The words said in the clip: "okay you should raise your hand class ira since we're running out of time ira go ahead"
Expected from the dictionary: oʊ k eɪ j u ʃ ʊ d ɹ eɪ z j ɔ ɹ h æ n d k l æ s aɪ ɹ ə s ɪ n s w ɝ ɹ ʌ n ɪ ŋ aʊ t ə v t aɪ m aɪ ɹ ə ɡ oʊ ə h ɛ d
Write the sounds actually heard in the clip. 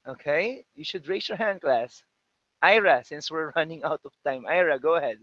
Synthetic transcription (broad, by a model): oʊ k eɪ j u ʃ ʊ d ɹ eɪ s j ɔ ɹ h æ n d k l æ s aɪ ɹ ə s ɪ n s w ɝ ɹ ʌ n ɪ ŋ aʊ t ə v t aɪ m aɪ ɹ ə ɡ oʊ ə h ɛ d